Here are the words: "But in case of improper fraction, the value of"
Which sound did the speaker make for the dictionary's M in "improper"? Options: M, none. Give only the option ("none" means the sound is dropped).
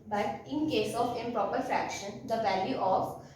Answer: none